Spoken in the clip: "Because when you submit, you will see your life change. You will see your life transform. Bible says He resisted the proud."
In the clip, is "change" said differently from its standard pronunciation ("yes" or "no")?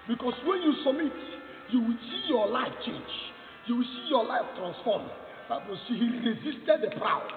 no